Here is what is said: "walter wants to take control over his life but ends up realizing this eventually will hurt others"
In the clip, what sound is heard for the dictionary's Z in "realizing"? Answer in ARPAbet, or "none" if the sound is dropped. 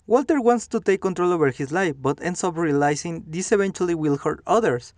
S